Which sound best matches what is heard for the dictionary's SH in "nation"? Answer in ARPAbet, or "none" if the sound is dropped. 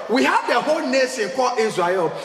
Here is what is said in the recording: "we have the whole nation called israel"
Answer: S